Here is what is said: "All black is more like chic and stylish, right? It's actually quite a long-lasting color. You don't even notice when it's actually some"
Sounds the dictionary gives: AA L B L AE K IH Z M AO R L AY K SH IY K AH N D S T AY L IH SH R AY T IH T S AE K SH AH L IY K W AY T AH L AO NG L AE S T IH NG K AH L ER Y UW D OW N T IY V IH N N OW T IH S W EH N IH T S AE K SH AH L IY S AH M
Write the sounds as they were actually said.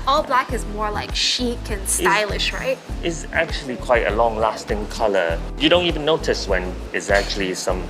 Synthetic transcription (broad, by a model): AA L B L AE K IH Z M AO R L AY K SH IY K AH N S AY L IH SH R AY T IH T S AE K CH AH L IY K W AY T AH L AO NG L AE S T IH NG K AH L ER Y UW D OW N T IY V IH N N OW T IH S W EH N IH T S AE K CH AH L IY S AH M